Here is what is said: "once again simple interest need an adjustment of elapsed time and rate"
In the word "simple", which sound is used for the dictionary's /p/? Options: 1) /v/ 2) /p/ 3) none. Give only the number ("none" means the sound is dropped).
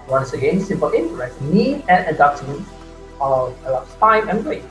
2